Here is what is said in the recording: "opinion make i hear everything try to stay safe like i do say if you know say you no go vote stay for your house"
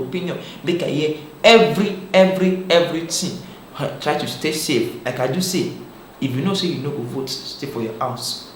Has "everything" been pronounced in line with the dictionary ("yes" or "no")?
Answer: no